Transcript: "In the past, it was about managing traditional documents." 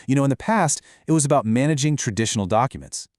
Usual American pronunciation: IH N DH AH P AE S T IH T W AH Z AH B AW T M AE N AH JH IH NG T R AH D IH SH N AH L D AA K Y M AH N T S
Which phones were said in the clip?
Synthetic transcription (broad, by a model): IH N DH AH P AE S T IH T W AH Z AH B AW T M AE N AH JH IH NG T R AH D IH SH N L D AA K Y M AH N T S